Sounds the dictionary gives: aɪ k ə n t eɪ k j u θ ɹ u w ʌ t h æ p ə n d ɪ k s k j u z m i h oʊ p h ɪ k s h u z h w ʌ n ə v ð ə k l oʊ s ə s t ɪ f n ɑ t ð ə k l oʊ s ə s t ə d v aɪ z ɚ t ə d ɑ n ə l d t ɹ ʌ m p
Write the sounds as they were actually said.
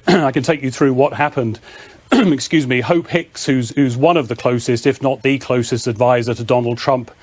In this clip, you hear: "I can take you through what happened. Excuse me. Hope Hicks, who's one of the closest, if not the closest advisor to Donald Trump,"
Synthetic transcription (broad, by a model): aɪ k ə n t eɪ k j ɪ θ ɹ u w ʌ t h æ p ə n d ɪ k s k j u z m i h oʊ p h ɪ k s h u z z w ʌ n ə v ð ə k l oʊ s ə s t ɪ f n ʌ t ð ə k l oʊ s ə s t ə d v aɪ z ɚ t ə d ɑ n l d t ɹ ʌ m p